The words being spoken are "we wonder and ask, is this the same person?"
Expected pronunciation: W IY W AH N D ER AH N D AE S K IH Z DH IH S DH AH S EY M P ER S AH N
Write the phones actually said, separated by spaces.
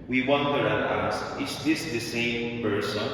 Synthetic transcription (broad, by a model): W IY W AH N D ER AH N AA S IH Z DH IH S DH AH S EY M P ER S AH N